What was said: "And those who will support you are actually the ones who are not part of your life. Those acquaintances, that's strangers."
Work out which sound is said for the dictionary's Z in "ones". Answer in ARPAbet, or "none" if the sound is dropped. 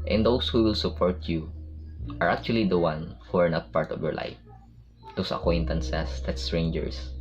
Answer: none